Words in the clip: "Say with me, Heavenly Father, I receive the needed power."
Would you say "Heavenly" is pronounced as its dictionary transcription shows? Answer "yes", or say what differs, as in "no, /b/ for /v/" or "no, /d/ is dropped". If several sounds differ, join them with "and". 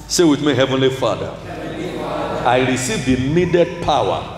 yes